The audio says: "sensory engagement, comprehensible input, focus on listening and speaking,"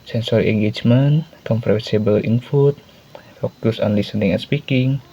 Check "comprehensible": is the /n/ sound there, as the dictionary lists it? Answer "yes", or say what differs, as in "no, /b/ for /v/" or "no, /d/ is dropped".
no, /n/ is dropped